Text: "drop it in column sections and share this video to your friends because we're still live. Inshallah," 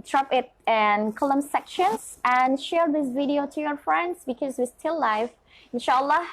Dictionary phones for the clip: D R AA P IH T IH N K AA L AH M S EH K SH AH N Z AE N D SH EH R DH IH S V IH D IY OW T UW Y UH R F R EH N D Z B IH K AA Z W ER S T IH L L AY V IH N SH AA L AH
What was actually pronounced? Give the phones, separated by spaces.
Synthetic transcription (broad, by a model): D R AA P IH T IH N K AA L AH M S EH K SH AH N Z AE N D SH EH R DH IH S V IH D IY OW T UW Y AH R F R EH N D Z B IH K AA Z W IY S T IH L L AY F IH N SH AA L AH